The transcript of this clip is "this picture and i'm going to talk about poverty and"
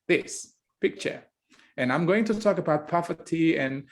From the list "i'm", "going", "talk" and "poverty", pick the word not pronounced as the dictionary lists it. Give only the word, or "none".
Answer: poverty